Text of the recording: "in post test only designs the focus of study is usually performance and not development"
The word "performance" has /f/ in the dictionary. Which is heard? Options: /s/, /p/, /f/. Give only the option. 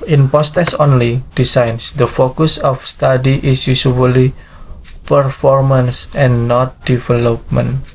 /f/